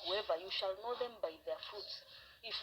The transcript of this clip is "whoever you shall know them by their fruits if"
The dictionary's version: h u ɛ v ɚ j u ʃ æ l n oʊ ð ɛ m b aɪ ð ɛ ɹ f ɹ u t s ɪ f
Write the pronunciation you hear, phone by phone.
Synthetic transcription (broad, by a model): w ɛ v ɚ j u ʃ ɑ l n oʊ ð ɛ m b aɪ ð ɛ f u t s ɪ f